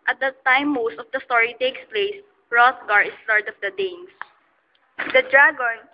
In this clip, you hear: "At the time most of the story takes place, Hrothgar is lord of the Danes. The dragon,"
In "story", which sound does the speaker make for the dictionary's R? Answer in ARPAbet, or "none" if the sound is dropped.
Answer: R